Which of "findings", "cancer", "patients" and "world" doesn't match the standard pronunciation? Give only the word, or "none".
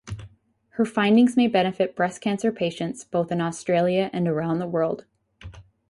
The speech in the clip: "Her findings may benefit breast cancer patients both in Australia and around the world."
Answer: none